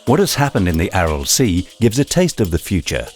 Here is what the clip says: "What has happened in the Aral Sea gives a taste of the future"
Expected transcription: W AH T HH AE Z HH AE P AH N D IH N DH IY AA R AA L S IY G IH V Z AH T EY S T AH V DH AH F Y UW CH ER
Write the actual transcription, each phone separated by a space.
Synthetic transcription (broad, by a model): W AH T HH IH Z HH AE P AH N D IH N DH IY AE R L S IY G IH V Z AH T EY S T AH V DH AH F Y UW CH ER